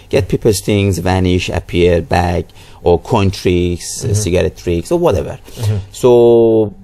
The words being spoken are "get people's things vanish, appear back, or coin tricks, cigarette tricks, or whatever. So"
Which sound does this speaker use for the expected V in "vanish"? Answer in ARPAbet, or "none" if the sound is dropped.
V